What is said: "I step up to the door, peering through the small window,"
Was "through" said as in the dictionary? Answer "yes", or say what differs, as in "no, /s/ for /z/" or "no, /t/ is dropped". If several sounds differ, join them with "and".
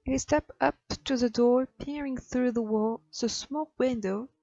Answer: yes